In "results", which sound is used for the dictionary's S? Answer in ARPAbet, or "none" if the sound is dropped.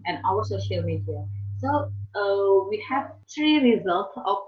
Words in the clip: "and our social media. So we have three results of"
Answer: S